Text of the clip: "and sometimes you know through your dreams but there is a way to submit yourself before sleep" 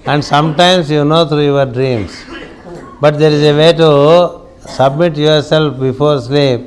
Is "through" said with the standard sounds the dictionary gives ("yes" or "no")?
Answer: no